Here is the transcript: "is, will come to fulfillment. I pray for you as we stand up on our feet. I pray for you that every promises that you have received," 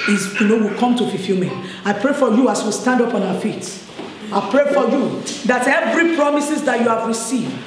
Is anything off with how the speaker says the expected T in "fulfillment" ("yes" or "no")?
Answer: yes